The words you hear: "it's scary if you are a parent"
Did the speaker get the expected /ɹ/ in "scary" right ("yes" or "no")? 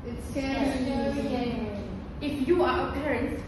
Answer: no